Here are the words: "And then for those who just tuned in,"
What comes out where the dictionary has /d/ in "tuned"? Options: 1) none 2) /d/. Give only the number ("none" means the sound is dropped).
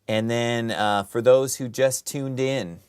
2